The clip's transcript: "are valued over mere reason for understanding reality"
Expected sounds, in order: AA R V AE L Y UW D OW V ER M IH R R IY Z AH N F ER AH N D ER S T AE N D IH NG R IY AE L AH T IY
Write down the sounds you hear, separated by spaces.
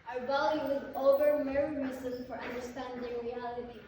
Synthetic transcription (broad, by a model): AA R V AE L Y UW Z OW V ER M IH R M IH S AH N F ER AH N D ER S T AE N D IH NG R IY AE L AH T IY